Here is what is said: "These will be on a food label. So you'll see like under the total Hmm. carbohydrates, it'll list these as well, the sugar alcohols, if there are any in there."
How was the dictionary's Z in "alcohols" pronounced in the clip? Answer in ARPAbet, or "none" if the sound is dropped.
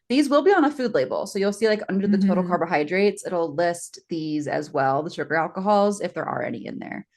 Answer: Z